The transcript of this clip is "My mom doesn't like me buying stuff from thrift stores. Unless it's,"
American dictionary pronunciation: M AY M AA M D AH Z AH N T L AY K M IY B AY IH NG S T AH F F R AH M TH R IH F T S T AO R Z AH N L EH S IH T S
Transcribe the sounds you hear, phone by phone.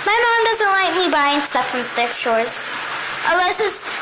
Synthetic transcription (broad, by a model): M AY M AA M D AH Z AH N T L AY K M IY B AY IH NG S T AH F F R AH M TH IH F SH AO R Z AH L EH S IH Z